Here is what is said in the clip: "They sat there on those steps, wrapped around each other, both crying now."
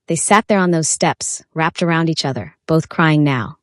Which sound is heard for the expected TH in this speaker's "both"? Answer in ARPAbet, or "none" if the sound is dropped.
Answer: TH